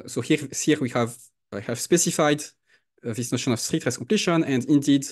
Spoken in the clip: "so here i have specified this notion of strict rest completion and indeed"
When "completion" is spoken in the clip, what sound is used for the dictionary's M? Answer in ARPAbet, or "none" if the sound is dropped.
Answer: none